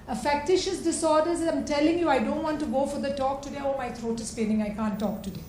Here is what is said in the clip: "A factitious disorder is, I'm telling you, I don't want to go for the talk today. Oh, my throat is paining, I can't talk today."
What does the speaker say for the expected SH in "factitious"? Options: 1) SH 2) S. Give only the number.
1